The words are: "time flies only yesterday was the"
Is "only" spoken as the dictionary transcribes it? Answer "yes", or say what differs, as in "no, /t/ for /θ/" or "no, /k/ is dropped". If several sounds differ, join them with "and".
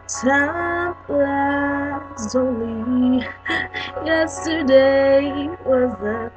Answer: no, /n/ is dropped